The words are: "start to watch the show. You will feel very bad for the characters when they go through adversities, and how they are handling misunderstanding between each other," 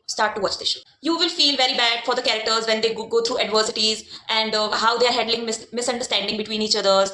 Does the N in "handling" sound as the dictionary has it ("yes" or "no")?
no